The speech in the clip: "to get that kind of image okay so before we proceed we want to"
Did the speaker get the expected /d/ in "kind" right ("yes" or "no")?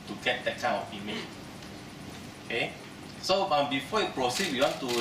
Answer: no